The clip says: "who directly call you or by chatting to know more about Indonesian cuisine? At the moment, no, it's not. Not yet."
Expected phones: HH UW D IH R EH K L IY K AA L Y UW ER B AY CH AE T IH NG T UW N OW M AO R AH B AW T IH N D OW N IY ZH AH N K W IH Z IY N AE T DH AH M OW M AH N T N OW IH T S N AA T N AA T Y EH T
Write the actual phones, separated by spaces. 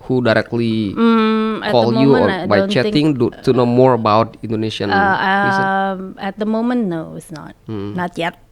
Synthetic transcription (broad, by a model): HH UW D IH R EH K L IY K AA L Y UW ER B AY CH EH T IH NG T UW N OW M AO R AH B AW T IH N D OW N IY S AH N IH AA AE T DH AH M OW M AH N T N OW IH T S N AA T N AA T Y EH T